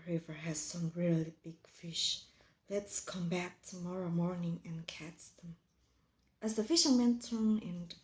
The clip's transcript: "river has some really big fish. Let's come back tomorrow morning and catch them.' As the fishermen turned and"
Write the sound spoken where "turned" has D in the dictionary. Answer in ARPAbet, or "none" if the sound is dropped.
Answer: none